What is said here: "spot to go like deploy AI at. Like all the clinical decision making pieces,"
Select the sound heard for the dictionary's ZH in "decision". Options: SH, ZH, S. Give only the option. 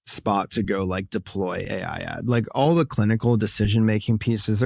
ZH